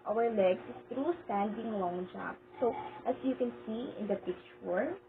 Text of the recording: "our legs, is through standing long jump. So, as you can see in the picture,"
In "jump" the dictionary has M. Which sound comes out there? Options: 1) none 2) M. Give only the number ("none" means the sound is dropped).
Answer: 1